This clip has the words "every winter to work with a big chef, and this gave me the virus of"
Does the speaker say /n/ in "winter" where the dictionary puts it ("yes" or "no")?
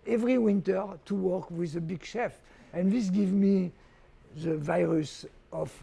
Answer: yes